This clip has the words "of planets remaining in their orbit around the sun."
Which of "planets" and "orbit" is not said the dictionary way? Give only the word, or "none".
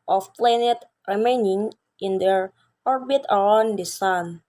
planets